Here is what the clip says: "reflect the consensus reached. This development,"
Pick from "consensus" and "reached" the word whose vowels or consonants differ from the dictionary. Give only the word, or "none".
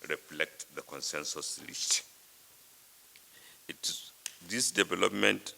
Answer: reached